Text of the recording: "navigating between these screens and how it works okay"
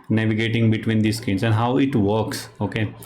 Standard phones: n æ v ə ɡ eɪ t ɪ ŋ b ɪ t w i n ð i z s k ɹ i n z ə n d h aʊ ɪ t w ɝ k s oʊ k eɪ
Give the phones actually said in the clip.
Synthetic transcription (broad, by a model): n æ v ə ɡ eɪ t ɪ ŋ b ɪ t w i n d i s k i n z ə n d h aʊ ɪ t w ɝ k s oʊ k eɪ